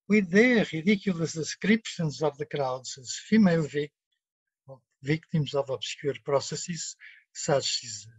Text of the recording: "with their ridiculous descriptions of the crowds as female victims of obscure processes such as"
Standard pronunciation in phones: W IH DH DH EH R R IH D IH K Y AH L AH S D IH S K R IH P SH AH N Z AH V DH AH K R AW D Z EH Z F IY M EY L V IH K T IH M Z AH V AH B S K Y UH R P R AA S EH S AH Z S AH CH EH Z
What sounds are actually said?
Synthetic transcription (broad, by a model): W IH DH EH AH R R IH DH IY K Y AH L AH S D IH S K R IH P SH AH N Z AH V DH AH K R AW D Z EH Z F IY M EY L V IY K T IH M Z AH V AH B S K Y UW R P R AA S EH S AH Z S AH S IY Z